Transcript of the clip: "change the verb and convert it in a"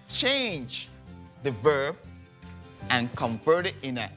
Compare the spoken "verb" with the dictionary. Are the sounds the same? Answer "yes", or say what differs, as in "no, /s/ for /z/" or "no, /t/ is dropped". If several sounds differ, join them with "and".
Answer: yes